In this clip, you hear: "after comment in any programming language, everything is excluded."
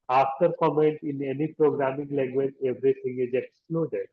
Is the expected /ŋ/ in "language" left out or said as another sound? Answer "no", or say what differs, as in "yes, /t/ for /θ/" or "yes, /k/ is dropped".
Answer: yes, /ŋ/ is dropped